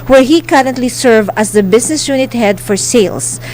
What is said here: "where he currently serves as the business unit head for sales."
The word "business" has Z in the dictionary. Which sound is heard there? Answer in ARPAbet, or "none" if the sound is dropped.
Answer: S